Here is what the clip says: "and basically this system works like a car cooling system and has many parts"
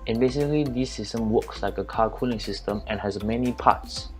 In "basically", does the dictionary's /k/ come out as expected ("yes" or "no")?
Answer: no